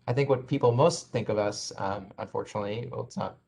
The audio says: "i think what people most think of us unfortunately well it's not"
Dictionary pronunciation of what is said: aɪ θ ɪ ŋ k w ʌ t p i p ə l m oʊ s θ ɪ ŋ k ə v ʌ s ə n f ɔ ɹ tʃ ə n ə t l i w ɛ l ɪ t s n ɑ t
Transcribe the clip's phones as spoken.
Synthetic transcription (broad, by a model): aɪ θ ɪ ŋ k w ʌ t p i p l m oʊ s θ ɪ ŋ k ə v ʌ s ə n f ɔ ɹ tʃ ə n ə t l i w ɛ l ɪ t s n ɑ t